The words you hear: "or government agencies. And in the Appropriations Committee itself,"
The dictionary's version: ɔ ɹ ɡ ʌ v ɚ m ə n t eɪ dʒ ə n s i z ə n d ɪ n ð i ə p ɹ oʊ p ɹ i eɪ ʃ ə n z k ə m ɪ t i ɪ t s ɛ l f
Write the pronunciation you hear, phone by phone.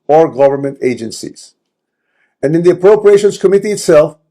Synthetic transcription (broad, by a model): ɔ ɹ ɡ ʌ v ɚ m ə n t eɪ dʒ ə n s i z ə n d ɪ n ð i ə p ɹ oʊ p ɹ i eɪ ʃ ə n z k ə m ɪ t i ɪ t s ɛ l f